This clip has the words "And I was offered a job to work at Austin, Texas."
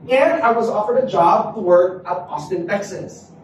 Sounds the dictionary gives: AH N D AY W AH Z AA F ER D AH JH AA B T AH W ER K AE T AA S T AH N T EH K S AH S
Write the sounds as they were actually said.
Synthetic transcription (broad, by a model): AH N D AY W AH Z AA F ER D AH JH AA B T AH W ER K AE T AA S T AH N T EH K S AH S